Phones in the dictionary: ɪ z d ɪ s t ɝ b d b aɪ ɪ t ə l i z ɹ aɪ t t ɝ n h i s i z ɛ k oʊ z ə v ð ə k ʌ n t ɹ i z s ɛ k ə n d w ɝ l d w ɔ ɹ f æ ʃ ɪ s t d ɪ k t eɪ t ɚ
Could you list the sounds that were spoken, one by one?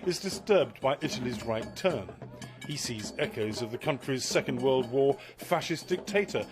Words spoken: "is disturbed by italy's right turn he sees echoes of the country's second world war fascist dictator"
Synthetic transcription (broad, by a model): ɪ z d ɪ s t ɝ b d b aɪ ɪ t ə l i z ɹ aɪ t t ɝ n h i s i z ɛ k oʊ z ə v ð ə k ʌ n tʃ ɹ i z s ɛ k ə n d w ɝ l d w ɔ ɹ f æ ʃ ɪ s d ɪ k t eɪ t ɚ